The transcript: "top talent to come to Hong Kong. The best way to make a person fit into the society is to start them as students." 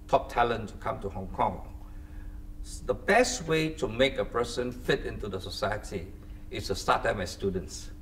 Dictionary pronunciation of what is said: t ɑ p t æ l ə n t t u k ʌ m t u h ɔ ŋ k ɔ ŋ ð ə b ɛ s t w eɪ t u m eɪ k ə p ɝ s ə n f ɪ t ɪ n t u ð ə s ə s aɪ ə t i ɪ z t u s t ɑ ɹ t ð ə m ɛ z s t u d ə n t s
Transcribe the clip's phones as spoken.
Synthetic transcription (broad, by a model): t ɑ p t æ l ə n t t u k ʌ m t u h ɔ ŋ k ɔ ŋ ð ə b ɛ s t w eɪ t u m eɪ k ə p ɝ s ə n f ɪ t ɪ n t u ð ə s ə s aɪ ə t i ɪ s t u s t ɑ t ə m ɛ s t u d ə n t s